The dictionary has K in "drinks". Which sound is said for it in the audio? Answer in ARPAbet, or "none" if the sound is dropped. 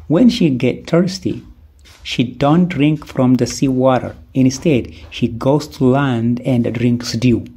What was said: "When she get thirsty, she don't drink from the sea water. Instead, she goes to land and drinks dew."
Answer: K